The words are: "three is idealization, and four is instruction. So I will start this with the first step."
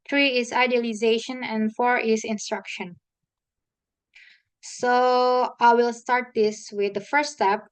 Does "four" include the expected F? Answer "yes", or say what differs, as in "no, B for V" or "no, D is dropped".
yes